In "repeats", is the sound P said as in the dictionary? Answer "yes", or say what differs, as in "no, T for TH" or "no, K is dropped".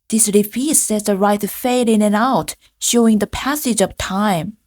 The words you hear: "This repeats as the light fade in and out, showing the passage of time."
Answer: no, F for P